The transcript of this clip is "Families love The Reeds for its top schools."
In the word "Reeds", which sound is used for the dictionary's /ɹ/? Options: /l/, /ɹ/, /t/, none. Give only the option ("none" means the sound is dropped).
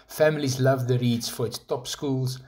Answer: /ɹ/